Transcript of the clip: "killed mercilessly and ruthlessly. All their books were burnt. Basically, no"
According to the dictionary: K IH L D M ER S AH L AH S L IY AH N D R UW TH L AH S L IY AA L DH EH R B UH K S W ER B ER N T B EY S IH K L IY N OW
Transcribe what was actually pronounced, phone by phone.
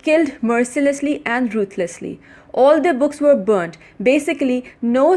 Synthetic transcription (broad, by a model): K IH L D M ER S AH L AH S L IY AH N D R UW T L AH S L IY AA L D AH B UH K S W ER B ER N T B EY S IH K L IY N OW